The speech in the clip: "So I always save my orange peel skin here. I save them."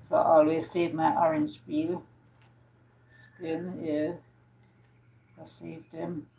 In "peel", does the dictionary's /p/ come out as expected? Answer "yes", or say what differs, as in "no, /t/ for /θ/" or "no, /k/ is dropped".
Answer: no, /b/ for /p/